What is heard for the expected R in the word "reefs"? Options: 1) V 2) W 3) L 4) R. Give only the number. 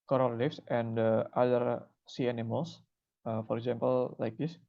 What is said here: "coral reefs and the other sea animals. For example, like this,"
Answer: 3